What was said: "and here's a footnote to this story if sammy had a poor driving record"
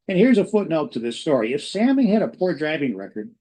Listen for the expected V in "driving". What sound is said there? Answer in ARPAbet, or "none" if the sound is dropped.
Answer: V